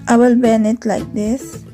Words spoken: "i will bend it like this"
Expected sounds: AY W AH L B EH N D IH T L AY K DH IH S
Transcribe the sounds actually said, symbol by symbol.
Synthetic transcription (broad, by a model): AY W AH L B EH N IH T L AY K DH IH S